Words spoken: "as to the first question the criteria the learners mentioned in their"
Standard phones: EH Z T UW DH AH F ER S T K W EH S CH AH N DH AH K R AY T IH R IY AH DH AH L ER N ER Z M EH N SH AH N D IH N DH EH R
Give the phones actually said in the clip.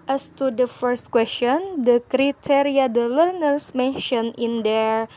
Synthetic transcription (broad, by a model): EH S T UW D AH F ER S T K W EH S CH AH N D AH K R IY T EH R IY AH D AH L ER N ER S M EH N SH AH N IH N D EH R